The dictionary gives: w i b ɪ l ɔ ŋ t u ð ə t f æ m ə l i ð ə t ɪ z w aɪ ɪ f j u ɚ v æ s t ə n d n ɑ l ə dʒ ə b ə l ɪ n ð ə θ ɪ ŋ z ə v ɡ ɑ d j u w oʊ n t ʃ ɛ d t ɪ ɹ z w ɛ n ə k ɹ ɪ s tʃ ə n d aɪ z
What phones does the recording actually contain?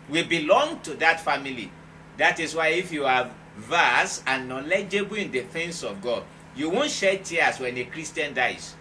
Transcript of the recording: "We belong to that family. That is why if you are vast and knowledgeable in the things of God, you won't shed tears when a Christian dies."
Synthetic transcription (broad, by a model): w i b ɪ l ɔ ŋ t u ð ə t f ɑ m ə l i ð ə t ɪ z w aɪ ɪ f j u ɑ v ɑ s ə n n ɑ l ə dʒ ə b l ɪ n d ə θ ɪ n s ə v ɡ ɑ d j u w oʊ n t ʃ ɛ t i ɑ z w ɛ n ə k ɹ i s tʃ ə n d aɪ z